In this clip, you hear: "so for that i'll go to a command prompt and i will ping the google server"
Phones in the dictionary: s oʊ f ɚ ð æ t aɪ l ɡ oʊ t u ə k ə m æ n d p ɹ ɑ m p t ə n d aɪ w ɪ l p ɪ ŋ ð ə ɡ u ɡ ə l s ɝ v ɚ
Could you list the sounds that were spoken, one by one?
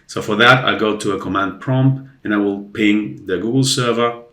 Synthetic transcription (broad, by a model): s oʊ f ɚ ð æ t aɪ ɡ oʊ t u ə k ə m æ n d p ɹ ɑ m p ə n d aɪ w ɪ l p ɪ ŋ ð ə ɡ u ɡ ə l s ɝ v ɚ